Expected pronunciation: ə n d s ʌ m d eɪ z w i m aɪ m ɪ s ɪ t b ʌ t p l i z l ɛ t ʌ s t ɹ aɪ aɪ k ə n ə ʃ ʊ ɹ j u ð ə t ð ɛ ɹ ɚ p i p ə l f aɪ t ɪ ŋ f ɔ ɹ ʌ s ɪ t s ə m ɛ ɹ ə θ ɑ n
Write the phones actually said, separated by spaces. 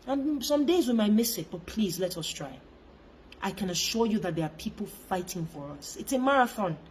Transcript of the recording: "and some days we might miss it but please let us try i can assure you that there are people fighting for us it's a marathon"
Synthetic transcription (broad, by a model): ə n s ʌ m d eɪ z w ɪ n aɪ m ɪ s ɪ t b ʌ t p l i z l ɛ t ʌ s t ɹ aɪ aɪ k ə n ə ʃ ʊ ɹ j u ð ə t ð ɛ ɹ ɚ p i p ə l f aɪ t ɪ ŋ f ɔ ɹ ʌ s ɪ t s ə m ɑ ɹ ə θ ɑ n